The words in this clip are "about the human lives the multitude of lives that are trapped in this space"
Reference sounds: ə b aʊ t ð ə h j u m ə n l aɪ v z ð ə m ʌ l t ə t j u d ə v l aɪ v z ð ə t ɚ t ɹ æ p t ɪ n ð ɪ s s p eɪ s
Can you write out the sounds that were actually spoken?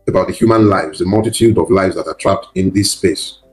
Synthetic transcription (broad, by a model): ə b aʊ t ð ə h j u m ə n l aɪ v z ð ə m ʌ l t ə t j u d ə v l aɪ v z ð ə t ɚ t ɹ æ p t ɪ n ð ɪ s s p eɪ s